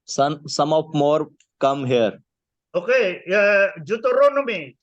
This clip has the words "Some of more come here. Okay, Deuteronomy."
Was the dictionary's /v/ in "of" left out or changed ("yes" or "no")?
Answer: yes